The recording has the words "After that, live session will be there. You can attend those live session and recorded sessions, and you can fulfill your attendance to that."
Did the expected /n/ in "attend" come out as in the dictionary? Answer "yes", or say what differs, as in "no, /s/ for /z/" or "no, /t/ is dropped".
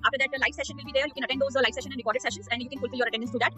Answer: no, /n/ is dropped